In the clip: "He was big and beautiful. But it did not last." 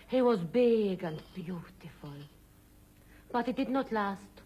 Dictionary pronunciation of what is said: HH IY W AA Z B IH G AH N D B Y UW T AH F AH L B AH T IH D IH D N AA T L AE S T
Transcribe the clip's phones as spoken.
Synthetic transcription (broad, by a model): HH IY W AA Z B IH G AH N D B Y UW T AH F AH L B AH T IH D IH D N AA T L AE S T